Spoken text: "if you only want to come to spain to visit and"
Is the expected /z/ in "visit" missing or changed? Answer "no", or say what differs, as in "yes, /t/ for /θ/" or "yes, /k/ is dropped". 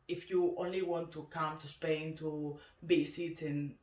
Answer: yes, /s/ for /z/